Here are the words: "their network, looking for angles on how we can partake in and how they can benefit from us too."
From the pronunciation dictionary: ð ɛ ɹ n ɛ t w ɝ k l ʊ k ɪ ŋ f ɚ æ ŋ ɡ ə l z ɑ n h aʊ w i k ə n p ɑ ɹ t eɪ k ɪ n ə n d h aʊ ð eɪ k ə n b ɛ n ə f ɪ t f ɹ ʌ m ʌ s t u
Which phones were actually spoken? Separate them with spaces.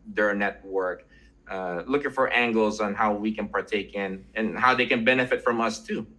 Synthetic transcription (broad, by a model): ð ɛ ɹ n ɛ t w ɝ k l ʊ k ɪ ŋ f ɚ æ ŋ ɡ l z n h aʊ w i k ə n p ɑ ɹ t eɪ k ɪ n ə n h aʊ ð eɪ k ə n b ɛ n ə f ɪ t f ɹ ʌ m ʌ s t u